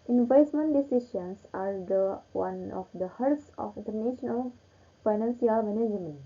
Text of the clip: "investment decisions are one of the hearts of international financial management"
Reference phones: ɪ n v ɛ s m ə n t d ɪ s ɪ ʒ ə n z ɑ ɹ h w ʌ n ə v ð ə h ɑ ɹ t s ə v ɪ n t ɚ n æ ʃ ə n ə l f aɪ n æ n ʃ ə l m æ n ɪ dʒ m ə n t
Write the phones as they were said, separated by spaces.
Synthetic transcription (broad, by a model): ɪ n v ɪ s m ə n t d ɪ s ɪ ʃ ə n s ɑ ɹ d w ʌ n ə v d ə h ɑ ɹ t s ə f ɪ n t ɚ n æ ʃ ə n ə l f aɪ n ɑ n s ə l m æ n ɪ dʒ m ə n